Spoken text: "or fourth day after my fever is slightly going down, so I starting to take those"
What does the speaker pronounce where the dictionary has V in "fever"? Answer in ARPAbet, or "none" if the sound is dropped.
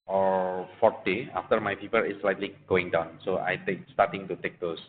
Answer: P